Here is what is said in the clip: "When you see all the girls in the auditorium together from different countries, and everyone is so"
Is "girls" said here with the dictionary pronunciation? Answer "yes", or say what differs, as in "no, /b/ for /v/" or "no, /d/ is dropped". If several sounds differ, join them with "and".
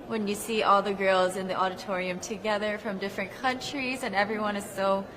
yes